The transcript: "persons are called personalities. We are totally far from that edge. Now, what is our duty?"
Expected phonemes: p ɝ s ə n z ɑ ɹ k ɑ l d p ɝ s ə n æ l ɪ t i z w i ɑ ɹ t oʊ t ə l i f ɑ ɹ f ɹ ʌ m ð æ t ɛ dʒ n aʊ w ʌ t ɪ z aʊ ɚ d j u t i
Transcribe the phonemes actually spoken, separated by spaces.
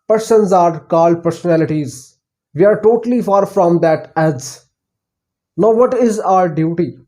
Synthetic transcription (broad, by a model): p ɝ s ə n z ɑ ɹ k ɑ l d p ɝ s ə n æ l ɪ t i z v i ɑ ɹ t oʊ t ə l i f ɑ ɹ f ɹ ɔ m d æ t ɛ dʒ n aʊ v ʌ t ɪ z aʊ ɚ d j u t i